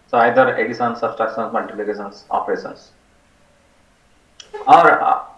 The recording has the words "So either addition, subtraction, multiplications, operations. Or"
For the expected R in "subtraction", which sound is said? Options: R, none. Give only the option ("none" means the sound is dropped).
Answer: none